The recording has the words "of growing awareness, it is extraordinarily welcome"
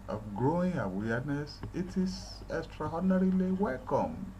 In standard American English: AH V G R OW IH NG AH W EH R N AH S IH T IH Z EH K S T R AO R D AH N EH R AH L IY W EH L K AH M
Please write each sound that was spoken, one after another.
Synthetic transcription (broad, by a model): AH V G R OW IH NG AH W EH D N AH S IH T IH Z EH K S T R AO D N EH R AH L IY W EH L K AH M